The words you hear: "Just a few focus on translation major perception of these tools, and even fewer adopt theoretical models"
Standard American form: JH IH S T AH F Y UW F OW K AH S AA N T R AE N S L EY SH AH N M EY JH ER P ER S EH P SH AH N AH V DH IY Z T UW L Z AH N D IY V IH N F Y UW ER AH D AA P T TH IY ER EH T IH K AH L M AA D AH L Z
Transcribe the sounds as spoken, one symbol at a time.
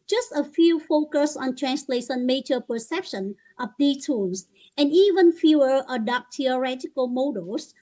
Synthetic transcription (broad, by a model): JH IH S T AH F Y UW F OW K AH S AA N T R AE N S L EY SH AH N M EY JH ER P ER S EH P SH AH N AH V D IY T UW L S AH N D IY V IH N F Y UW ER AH D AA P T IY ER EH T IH K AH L M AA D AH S